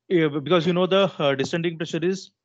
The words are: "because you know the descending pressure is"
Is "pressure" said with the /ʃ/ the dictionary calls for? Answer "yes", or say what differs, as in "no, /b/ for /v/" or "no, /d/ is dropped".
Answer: yes